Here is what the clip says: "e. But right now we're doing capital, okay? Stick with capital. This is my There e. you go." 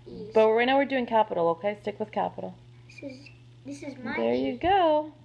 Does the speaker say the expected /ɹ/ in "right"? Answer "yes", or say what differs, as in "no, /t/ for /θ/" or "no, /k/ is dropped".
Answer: no, /w/ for /ɹ/